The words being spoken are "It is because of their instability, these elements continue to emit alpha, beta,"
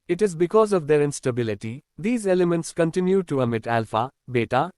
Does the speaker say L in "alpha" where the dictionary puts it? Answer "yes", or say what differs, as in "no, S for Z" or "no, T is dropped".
yes